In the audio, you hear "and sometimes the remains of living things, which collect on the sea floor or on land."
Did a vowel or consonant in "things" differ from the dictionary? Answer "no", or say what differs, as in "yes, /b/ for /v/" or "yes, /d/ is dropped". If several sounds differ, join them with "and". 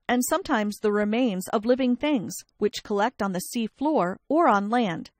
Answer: no